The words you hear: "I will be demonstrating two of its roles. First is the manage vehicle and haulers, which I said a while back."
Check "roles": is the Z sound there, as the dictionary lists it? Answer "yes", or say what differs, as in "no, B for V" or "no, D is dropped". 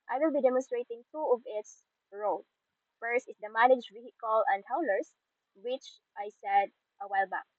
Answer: no, Z is dropped